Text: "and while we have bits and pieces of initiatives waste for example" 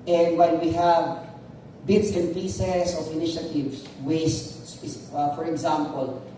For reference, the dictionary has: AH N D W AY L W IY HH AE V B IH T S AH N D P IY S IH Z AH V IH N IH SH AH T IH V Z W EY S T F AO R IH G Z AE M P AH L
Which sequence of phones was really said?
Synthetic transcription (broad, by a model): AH N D W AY N W IY HH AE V B IH T S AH N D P IY S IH S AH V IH N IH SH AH T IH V S W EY S T F AO R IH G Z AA M P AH L